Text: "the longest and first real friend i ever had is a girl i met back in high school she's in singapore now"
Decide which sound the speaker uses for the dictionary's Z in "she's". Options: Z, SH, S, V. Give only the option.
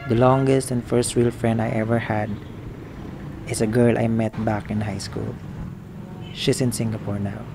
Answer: S